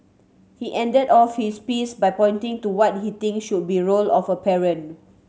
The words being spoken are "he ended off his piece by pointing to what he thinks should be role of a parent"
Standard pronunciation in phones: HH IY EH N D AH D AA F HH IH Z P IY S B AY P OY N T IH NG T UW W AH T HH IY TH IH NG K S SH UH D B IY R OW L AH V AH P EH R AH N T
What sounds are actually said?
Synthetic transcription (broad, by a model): HH IY EH N D AH D AA F HH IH S P IY S B AY P OY N T IH NG T UW W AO T HH IY T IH NG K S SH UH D B IY R OW L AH F AH P EH R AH N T